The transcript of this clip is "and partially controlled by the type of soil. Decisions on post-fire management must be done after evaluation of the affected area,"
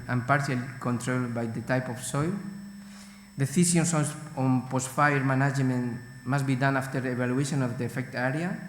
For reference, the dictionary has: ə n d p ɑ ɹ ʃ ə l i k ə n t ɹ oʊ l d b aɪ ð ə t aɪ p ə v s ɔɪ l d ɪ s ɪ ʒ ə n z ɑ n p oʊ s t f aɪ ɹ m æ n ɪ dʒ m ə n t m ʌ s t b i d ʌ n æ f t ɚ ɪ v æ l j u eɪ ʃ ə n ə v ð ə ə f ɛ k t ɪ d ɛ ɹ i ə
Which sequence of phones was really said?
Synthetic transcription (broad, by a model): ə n p ɑ ɹ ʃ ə l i k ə n t ɹ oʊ l b aɪ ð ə t aɪ p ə f s ɔɪ l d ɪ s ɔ s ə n s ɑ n p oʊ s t f aɪ ɹ m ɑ n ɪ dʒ m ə n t m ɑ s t b i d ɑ n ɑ f t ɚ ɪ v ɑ l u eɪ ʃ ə n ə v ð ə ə f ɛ k t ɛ ɹ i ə